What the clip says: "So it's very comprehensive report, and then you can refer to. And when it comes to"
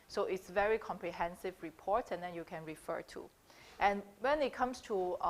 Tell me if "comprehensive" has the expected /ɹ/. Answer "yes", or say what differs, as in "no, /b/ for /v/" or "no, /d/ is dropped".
yes